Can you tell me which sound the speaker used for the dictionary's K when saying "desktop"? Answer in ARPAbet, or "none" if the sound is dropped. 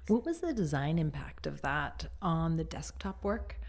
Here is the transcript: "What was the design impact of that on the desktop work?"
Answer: K